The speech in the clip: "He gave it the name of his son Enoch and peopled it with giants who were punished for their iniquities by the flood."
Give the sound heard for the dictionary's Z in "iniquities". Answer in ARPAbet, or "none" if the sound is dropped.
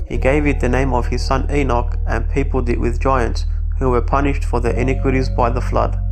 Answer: Z